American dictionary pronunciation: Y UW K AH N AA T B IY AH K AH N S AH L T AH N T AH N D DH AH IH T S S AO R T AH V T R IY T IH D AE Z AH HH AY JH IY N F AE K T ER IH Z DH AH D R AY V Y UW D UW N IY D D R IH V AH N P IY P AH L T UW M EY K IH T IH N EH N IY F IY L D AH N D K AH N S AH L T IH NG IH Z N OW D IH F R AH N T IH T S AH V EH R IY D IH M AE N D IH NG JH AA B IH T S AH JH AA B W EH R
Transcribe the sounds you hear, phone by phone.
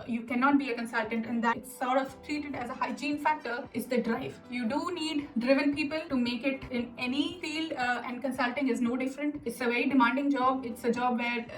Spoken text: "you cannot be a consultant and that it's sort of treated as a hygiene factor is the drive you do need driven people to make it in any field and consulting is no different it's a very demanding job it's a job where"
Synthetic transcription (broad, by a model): Y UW K AH N AA T B IY AH K AH N S AH L T AH N T AH N D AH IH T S S AO R T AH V T R IY T IH D AE Z AH HH AY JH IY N F AE K T ER IH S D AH D R AY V Y UW D UW N IY D D R IH V AH N P IY P AH L T UW M EY K IH T IH N EH N IY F IY L AH N D K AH N S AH L T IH NG IH Z N OW D IH F R AH N T IH T S AH V EH R IY D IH M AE N D IH NG JH AA B IH T S AH JH AA B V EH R